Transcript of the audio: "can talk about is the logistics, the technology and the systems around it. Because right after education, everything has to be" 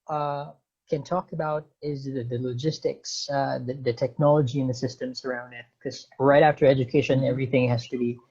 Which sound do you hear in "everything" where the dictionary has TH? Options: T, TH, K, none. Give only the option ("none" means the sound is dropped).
TH